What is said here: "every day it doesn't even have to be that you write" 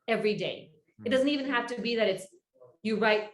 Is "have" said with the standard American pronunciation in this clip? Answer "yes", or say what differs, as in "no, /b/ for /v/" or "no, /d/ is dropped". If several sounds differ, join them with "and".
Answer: no, /f/ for /v/